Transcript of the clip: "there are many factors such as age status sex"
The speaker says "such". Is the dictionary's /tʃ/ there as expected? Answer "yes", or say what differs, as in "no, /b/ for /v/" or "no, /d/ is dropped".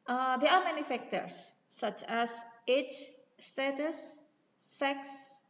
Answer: yes